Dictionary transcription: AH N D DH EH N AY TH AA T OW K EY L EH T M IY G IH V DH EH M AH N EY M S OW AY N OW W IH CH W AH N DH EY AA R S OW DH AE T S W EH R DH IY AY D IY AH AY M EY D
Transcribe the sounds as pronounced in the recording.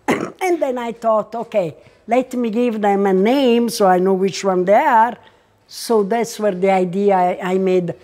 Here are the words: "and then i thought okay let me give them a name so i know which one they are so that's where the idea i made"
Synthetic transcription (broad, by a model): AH N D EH N AY T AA T OW K EY L EH T M IY G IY V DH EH M AH N EY M S OW AY N OW W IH CH W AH N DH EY AA R S OW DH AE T S W EH R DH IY AY D IY AH AY M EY D